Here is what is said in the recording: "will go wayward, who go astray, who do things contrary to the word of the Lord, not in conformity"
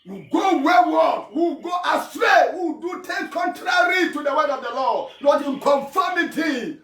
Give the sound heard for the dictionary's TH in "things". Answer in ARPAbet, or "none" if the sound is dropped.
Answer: T